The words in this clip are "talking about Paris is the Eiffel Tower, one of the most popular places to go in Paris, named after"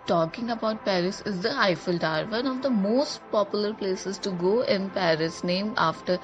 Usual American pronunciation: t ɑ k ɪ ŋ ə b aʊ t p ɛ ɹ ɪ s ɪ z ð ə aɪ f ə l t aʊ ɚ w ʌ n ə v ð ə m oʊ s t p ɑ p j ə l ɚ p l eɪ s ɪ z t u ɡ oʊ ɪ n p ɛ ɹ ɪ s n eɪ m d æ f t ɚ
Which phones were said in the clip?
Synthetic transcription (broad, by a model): t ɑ k ɪ ŋ ə b aʊ t p ɛ ɹ ɪ s ɪ z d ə aɪ f ə l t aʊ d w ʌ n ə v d ə m oʊ s t p ɑ p j ə l ɚ p l eɪ s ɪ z t u ɡ oʊ ɪ n p ɛ ɹ ɪ s n eɪ m ɑ f t ɚ